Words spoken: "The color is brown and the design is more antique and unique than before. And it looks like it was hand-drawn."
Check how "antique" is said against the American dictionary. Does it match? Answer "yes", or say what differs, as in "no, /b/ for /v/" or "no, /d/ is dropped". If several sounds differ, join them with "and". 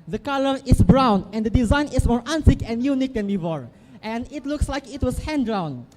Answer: no, /s/ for /t/